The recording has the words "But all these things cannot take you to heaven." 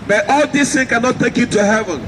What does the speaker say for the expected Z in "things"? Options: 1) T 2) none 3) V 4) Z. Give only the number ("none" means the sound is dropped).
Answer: 2